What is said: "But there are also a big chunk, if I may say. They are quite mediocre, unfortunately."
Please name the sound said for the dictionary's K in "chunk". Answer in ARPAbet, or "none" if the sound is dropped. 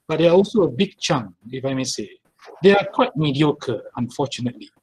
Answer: none